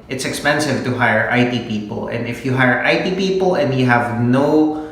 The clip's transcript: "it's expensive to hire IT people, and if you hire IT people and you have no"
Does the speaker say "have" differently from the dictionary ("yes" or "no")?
no